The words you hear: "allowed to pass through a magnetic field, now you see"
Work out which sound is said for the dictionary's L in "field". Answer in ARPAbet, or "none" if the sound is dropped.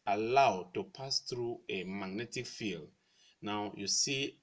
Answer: L